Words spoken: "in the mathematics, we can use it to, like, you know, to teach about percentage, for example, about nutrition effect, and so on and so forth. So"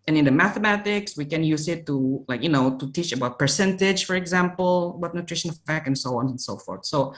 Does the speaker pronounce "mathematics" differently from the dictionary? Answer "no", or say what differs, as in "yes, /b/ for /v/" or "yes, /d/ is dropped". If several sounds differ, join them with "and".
no